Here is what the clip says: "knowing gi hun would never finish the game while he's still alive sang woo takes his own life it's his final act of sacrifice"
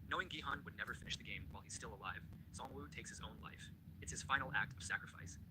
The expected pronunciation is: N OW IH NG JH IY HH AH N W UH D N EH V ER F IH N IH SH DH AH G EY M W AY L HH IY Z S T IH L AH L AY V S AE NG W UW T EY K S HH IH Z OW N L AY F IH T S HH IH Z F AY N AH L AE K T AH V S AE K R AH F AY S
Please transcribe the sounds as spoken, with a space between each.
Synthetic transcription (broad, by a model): N OW IH NG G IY HH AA N W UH D N EH V ER F IH N IH SH DH AH G EY M W AY L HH IY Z S T IH L AH L AY V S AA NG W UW T EY K S HH IH Z OW N L AY F IH T S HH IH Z F AY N L AE K T AH V S AE K R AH F AY S